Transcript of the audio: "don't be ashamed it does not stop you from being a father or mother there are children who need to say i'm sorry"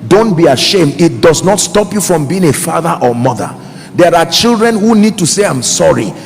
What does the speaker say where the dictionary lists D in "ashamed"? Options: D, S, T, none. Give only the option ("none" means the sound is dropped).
D